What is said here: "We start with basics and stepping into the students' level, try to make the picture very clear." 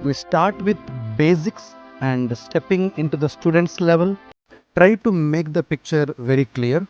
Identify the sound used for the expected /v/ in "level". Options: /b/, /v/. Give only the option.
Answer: /v/